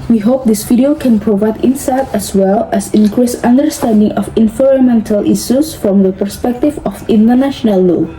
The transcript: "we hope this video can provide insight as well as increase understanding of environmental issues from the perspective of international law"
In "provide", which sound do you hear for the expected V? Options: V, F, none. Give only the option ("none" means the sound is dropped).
V